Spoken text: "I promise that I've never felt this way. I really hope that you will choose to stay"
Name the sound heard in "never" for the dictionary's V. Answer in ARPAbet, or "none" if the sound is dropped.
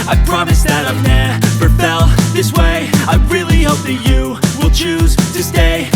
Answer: P